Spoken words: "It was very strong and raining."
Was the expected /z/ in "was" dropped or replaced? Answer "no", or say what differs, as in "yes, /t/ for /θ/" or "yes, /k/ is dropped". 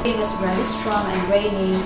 yes, /s/ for /z/